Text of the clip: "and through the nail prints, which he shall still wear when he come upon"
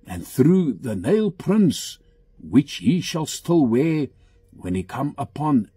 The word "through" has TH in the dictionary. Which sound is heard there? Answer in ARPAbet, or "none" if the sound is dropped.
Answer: TH